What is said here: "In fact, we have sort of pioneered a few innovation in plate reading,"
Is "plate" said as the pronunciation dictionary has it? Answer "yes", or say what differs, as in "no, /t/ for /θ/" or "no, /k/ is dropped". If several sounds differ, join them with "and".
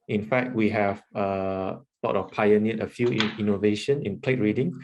yes